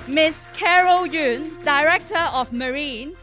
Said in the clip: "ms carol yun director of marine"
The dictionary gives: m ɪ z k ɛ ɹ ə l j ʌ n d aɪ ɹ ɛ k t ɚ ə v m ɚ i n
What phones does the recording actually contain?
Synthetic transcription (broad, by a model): m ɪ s k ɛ ɹ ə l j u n d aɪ ɹ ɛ k t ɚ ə f m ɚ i n